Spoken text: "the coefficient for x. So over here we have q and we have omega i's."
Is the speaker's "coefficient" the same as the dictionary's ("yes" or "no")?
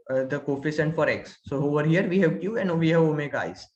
no